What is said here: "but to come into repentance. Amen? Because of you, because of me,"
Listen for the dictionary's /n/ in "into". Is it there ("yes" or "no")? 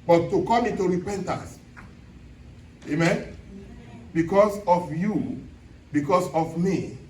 no